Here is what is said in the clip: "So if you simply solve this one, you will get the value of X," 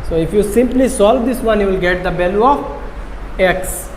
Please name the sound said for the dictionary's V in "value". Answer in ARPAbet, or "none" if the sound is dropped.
B